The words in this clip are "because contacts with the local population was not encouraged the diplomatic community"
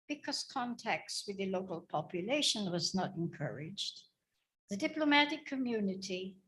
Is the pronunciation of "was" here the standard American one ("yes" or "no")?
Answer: yes